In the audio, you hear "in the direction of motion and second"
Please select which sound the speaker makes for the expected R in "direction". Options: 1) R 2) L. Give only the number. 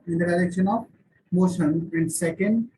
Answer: 2